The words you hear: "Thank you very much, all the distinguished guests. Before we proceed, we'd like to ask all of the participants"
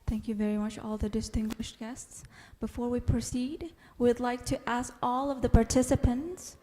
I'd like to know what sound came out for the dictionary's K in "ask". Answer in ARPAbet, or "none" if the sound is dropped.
K